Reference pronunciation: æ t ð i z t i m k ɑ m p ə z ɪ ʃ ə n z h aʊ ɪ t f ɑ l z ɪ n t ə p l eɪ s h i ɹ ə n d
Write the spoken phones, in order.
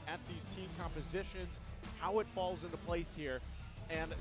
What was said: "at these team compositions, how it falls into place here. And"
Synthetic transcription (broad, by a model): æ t ð i z t i m k ɑ m p ə z ɪ ʃ ə n z h aʊ ɪ t f ɑ l z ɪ n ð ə p l eɪ s h i ɹ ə n